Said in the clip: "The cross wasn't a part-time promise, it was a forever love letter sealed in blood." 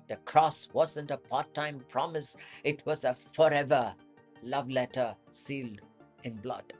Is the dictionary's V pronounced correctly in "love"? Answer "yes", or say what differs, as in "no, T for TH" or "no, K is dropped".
yes